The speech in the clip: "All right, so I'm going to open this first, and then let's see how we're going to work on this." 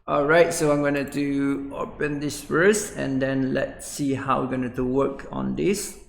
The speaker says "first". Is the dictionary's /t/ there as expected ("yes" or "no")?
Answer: no